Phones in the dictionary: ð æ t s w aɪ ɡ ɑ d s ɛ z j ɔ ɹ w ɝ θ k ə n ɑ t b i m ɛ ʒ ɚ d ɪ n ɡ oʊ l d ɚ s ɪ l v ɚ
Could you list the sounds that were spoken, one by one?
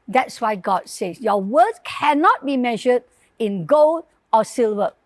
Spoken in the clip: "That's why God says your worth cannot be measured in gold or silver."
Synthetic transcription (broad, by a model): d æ t s w aɪ ɡ ɑ d s ɛ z j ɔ w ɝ s k ə n ɑ t b i m ɛ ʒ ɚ d ɪ n ɡ oʊ l d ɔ s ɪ l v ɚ